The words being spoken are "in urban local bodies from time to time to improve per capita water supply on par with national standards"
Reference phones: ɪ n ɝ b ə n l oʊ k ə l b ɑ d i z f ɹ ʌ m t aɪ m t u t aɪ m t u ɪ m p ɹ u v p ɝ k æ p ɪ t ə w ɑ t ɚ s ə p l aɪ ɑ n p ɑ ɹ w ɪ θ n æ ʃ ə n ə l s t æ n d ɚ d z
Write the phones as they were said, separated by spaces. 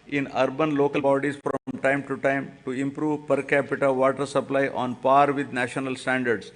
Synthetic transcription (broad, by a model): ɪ n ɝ b ə n l oʊ k ə l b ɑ d i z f ɹ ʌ m t aɪ m t u t aɪ m t u ɪ m p ɹ u v p ɝ k æ p ɪ t ə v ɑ t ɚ s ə p l aɪ ɑ n p ɑ ɹ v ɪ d n æ ʃ ə n ə l s t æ n d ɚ d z